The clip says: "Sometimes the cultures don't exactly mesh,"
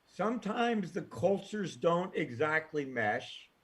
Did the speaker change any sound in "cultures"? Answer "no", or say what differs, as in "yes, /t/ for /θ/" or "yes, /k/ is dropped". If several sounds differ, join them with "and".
no